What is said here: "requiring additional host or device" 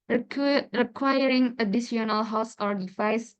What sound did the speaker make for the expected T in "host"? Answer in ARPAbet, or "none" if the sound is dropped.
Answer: none